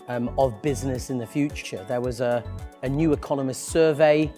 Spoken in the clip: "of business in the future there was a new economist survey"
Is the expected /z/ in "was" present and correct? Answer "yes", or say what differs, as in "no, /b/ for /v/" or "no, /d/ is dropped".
yes